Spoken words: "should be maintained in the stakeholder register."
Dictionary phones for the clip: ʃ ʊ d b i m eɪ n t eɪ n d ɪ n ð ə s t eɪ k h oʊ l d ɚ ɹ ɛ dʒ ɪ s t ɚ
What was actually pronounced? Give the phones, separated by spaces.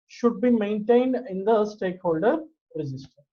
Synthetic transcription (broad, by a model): ʃ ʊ d b i m eɪ n t eɪ n d ɪ n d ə s t eɪ k h oʊ l d ɚ ɹ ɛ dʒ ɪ s t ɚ